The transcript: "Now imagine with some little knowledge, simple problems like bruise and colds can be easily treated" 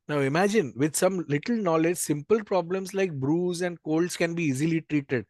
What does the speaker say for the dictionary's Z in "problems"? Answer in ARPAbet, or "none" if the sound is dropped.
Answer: S